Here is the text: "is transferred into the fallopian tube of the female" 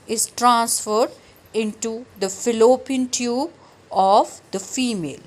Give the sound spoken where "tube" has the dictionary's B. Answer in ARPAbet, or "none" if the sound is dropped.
B